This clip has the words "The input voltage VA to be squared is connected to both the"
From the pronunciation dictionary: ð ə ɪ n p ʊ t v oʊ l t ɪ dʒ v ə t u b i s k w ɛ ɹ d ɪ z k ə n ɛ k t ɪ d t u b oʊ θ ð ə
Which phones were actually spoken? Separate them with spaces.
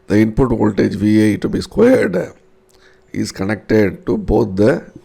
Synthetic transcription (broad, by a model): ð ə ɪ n p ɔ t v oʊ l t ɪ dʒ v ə t u b i s k w ɛ ɹ d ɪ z k ə n ɛ k t ɪ d t u b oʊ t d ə